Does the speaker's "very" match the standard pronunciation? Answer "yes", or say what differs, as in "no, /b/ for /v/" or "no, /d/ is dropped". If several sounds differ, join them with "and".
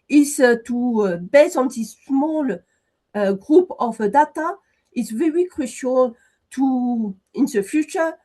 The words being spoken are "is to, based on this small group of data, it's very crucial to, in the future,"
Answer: yes